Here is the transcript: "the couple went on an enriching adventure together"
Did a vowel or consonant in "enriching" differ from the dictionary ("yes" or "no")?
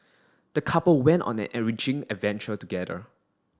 yes